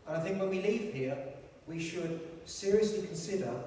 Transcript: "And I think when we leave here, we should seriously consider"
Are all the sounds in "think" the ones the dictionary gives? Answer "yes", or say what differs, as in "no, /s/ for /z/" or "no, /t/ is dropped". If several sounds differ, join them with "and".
yes